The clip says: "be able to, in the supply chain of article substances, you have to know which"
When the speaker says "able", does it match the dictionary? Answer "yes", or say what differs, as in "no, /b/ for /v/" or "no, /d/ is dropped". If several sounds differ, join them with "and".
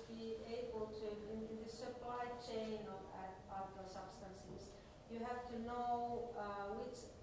yes